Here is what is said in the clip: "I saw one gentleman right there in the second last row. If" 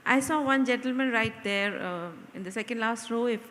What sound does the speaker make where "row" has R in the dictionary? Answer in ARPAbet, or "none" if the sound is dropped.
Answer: R